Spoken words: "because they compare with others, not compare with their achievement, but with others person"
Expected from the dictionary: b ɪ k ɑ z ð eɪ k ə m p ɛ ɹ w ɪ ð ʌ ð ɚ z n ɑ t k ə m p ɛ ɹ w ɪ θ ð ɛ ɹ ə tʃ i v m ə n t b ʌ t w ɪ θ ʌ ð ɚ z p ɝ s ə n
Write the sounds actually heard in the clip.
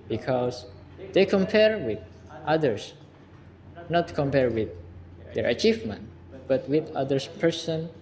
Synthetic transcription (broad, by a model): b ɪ k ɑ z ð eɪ k ə m p ɛ ɹ w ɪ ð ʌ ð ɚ s n ɑ t k ə m p ɛ ɹ w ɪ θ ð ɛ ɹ ə tʃ i v m ə n t b ʌ t w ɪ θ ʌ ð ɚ s p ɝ s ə n